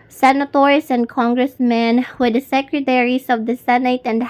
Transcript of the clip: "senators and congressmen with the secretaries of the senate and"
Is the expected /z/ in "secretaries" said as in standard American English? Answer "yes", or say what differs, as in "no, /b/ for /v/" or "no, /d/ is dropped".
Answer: no, /s/ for /z/